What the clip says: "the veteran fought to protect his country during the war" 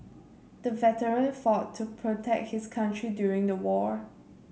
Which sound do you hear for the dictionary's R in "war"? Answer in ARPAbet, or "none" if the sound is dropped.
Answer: R